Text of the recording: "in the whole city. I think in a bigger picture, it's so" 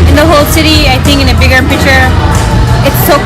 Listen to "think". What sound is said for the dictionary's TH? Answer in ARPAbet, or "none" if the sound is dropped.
TH